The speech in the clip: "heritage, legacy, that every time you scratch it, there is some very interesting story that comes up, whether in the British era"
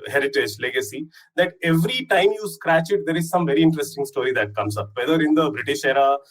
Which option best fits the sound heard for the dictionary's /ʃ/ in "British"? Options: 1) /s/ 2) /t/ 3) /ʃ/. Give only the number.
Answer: 3